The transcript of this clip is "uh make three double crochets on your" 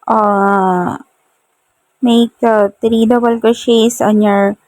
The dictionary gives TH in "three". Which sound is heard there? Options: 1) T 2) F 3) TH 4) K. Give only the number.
1